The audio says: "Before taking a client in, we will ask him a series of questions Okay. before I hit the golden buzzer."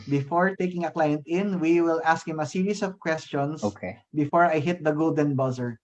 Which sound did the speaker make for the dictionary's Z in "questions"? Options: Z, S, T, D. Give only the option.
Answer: S